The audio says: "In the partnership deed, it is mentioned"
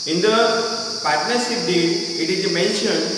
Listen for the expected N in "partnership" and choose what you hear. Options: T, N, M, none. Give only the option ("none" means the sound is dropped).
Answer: N